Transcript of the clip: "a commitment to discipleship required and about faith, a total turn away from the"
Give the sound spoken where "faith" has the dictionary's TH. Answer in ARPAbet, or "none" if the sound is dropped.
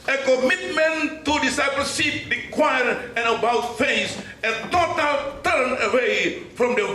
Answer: S